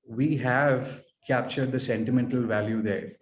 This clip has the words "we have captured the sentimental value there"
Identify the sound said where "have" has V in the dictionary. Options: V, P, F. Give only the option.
V